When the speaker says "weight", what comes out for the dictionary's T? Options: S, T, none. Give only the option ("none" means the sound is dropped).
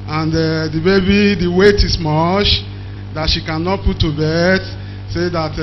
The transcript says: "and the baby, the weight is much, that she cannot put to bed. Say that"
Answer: T